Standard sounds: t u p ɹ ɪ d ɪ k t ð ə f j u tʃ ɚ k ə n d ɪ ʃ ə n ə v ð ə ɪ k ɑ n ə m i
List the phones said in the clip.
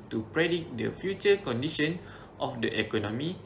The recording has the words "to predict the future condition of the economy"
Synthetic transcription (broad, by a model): t u p ɹ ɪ d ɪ t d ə f j u tʃ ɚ k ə n d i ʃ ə n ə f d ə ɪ k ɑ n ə m i